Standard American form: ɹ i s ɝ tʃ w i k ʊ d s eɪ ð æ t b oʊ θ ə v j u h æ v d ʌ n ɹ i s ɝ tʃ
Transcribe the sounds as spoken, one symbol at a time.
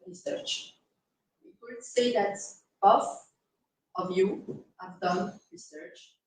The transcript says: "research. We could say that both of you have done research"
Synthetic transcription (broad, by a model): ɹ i s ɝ tʃ w i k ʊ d s eɪ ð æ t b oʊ f ə v j u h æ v d ʌ n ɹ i s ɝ tʃ